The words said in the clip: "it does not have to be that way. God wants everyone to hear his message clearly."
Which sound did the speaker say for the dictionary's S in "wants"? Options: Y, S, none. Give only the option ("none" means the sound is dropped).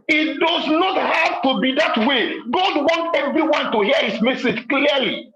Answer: none